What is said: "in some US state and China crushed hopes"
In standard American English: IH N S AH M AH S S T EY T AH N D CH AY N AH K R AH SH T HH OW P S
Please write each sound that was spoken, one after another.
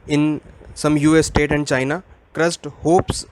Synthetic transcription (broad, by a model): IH N S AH M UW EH S T EY T AH N D CH AY N AH K R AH S T HH OW P S